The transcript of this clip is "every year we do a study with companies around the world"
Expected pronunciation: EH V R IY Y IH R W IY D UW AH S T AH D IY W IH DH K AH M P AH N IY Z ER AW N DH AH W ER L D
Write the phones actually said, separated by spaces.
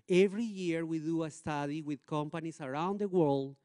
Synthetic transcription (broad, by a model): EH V R IY Y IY R W IY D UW AH S T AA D IY W IH DH K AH M P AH N IY S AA AW N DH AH W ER L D